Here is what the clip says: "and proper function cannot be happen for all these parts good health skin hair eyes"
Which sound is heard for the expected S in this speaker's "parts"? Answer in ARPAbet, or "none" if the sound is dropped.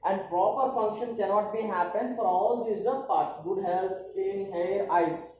S